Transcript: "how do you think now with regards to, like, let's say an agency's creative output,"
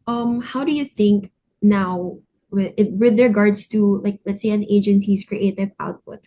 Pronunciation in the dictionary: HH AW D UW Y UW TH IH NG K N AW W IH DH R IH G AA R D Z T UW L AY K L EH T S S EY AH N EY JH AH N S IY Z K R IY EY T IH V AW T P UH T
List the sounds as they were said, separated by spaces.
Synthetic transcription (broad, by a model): HH AW D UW Y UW TH IH NG K N AW W IH DH R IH G AA R D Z T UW L AY K L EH T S S EY AH N EY JH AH N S IY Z K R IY EY T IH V AW T P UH T